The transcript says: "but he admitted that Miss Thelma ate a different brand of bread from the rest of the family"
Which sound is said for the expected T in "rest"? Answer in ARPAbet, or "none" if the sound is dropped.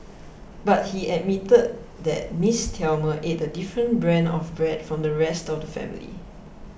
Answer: T